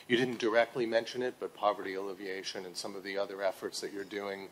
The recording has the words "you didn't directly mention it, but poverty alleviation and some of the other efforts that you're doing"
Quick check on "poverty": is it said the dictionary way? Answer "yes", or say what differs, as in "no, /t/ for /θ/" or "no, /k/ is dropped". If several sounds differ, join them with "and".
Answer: yes